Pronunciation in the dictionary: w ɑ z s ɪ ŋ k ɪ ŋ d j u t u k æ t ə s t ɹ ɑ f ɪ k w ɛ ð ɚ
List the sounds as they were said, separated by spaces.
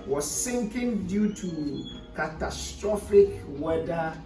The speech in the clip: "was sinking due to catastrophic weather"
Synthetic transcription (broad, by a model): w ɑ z s ɪ ŋ k ɪ ŋ d j u t u k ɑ t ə s t ɹ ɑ f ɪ k w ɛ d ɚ